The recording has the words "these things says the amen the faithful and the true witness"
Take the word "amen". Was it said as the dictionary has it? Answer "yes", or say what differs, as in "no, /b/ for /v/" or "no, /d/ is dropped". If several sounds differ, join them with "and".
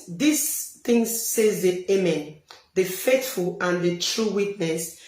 yes